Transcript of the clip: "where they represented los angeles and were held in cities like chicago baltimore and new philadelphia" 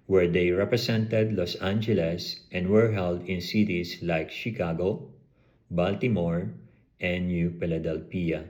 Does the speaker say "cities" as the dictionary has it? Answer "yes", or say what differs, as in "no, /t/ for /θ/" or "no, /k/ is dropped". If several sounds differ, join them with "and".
no, /s/ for /z/